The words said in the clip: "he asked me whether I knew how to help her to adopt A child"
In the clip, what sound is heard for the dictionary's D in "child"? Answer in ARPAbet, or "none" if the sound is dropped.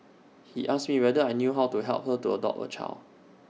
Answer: none